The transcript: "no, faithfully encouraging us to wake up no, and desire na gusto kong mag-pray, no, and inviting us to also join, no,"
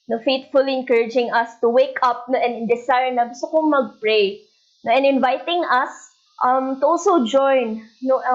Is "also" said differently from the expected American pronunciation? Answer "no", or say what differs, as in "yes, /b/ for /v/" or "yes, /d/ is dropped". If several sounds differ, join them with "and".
yes, /l/ is dropped